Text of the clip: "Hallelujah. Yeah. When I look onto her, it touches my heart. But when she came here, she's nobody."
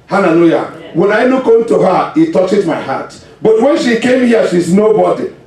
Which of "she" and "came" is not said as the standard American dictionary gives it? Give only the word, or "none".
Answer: none